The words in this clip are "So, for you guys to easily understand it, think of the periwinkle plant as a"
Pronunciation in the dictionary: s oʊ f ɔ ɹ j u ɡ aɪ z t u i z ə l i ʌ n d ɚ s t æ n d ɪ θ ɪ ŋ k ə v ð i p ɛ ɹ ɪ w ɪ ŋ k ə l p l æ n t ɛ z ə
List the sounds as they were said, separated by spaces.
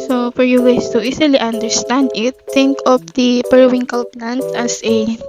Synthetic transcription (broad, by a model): s oʊ f ɔ ɹ j u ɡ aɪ s t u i s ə l i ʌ n d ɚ s t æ n d ɪ t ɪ ŋ k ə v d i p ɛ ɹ w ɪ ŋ k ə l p n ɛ n t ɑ s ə